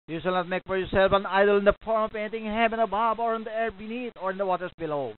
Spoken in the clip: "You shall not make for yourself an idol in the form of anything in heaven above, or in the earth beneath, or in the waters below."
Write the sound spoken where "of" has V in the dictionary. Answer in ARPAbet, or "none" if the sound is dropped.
P